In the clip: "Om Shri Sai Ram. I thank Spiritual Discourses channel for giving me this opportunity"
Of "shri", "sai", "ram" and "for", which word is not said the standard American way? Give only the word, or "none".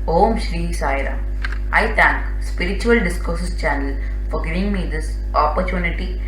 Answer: ram